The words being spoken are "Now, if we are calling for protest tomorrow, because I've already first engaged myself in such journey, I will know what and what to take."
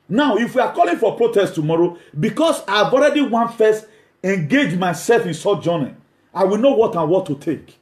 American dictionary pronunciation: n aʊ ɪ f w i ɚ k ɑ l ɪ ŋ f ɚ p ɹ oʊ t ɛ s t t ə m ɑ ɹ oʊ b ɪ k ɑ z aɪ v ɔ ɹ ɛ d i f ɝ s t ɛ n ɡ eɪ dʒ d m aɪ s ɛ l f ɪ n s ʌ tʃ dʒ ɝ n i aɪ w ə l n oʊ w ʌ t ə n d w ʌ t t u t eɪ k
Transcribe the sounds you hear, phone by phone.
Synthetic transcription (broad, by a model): n aʊ ɪ f w i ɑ k ɑ l ɪ ŋ f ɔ p ɹ oʊ t ɛ s t t ə m ɑ ɹ oʊ b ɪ k ɑ s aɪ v ɔ ɹ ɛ d i f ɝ s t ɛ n ɡ eɪ dʒ m aɪ s ɛ l f ɪ n s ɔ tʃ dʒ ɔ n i aɪ w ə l n oʊ w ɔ t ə n w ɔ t t u t eɪ k